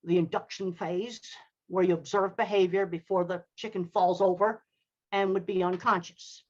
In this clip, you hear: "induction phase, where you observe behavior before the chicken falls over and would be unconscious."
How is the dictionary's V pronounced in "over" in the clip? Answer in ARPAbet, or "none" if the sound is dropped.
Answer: V